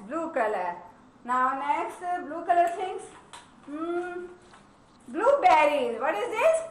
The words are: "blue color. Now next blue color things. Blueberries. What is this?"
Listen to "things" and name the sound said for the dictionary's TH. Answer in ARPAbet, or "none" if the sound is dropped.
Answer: T